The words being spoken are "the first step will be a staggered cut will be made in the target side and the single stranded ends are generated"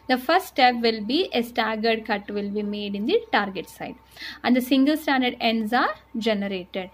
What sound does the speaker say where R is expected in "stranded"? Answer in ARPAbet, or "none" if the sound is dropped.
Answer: none